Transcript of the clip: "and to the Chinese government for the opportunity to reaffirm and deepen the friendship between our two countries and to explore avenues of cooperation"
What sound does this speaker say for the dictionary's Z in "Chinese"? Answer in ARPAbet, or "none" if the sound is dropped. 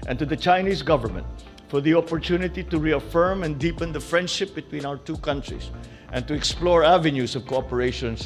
S